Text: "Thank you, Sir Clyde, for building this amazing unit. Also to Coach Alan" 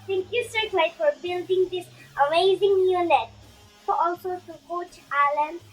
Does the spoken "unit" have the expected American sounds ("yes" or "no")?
no